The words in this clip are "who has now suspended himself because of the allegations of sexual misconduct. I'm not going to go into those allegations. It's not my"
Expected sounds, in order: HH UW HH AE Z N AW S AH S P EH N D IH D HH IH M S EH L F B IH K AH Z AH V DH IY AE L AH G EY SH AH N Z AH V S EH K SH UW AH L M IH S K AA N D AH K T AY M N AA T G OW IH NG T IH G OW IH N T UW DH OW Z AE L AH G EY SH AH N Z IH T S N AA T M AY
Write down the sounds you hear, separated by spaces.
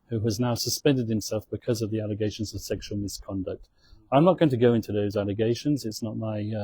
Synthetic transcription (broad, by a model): HH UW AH Z N AW S AH S P EH N D IH D HH IH M S EH L F B IH K AH Z AH V DH IY AE L AH G EY SH AH N Z AH V S EH K SH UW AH L M IH S K AA N D AH K T AY M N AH T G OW IH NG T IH G OW IH N T UW DH OW Z AE L AH G EY SH AH N Z IH T S N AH T M AY